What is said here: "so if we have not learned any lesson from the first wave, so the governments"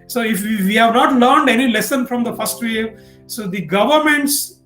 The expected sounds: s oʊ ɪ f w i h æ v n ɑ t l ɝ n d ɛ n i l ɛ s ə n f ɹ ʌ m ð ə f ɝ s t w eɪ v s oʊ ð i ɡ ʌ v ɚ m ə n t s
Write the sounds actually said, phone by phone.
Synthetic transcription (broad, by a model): s oʊ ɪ f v i h æ v n ɑ t l ɝ n d ɛ n i l ɛ s ə n f ɹ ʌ m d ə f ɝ s t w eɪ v s oʊ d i ɡ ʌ v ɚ m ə n t s